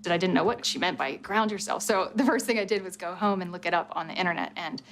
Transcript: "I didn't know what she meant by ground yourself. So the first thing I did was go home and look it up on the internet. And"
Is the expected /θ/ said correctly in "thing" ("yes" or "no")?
yes